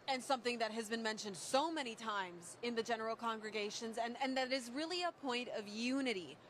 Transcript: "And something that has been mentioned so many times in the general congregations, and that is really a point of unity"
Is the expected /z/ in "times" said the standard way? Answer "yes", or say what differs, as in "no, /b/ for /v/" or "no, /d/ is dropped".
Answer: yes